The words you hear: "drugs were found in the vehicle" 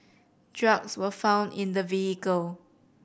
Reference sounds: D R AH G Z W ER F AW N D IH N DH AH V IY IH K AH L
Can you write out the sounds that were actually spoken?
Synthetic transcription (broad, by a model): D R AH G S W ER F AW N D IH N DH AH V IY IH K AH L